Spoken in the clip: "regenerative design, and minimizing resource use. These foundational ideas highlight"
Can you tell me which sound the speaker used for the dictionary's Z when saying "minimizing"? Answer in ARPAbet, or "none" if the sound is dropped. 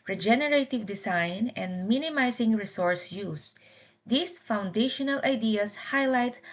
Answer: S